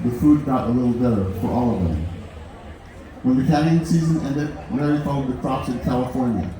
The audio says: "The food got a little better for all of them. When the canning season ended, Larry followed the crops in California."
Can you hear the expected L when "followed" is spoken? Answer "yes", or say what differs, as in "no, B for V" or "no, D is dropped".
no, L is dropped